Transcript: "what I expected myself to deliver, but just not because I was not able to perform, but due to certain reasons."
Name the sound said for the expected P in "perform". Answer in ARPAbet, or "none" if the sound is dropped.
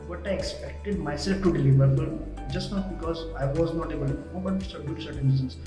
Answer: B